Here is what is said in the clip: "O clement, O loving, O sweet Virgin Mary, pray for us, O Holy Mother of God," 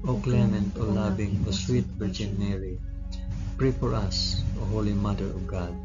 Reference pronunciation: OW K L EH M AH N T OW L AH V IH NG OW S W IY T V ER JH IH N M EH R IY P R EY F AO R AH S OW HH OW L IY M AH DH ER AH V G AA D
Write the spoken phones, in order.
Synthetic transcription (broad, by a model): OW K L EH M AH N T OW L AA B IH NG OW S W IY T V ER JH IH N M EH R IY P R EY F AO R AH S OW HH OW L IY M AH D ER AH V G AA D